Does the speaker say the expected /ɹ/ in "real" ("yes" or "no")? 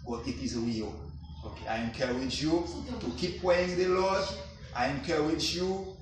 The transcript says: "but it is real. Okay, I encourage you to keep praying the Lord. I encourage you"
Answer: no